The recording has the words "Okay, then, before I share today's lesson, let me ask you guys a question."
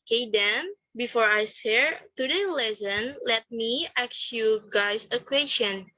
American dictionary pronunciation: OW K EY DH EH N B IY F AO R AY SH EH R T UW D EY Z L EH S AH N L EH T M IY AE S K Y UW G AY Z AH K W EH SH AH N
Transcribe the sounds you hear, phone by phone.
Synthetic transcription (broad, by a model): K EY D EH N B IY F AO R AY S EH R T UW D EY L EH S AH N L EH T M IY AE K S Y UW G AY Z AH K W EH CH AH N